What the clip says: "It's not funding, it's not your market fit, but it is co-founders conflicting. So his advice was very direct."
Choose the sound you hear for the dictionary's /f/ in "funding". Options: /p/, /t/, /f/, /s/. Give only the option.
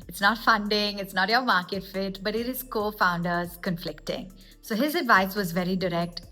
/f/